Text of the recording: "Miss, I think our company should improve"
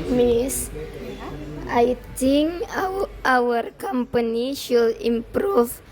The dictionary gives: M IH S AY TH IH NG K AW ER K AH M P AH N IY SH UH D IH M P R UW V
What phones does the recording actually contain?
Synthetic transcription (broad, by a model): M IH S AY T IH NG AW ER K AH M P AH N IY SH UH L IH M P R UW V